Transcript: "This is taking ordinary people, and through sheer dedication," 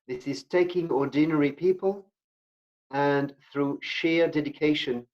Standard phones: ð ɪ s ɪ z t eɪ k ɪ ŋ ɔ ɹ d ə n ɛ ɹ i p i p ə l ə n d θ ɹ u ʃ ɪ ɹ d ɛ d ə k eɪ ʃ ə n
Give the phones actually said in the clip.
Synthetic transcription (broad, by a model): ð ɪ s ɪ z t eɪ k ɪ ŋ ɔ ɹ d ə n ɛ ɹ i p i p ə l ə n θ ɹ u ʃ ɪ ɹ d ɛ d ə k eɪ ʃ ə n